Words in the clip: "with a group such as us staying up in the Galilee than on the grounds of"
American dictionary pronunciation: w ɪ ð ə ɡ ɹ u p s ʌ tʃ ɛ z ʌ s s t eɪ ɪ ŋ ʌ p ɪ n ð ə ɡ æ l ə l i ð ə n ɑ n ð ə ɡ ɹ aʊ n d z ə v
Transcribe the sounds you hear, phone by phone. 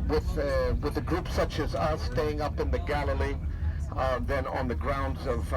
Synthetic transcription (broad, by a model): w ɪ ð ə ɡ ɹ u p s ʌ tʃ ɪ z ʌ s s t eɪ ɪ ŋ ʌ p ɪ n ð ə ɡ æ l ə l i ð ə n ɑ n ð ə ɡ ɹ aʊ n d z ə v